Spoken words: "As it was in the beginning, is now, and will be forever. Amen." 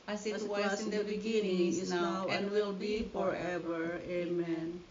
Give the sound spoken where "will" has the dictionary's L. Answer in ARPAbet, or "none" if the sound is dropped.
L